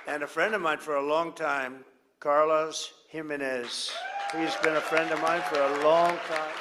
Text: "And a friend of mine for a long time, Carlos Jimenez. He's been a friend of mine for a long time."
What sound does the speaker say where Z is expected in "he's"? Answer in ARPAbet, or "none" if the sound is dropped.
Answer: Z